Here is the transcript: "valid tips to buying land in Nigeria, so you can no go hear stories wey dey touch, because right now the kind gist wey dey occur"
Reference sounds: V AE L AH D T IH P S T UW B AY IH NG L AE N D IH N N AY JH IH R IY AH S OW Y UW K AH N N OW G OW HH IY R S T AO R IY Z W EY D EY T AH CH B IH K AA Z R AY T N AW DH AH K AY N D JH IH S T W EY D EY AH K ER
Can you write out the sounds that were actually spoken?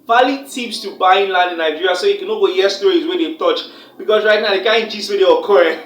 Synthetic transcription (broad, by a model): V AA L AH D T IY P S T UW B AY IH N L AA N D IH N N AY JH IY R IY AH S OW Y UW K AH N N OW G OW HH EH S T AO IY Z W EY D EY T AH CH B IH K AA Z R AY T N AW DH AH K AY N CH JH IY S W EY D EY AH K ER